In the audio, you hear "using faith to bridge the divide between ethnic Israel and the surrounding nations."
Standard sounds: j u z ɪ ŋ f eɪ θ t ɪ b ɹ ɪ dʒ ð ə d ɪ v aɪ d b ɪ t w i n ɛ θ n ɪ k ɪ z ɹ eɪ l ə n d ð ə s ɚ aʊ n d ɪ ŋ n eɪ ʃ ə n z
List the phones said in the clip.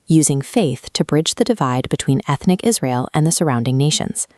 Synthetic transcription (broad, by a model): j u z ɪ ŋ f eɪ θ t ɪ b ɹ ɪ dʒ ð ə d ɪ v aɪ d b ɪ t w i n ɛ θ n ɪ k ɪ z ɹ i l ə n ð ə s ɚ aʊ n d ɪ ŋ n eɪ ʃ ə n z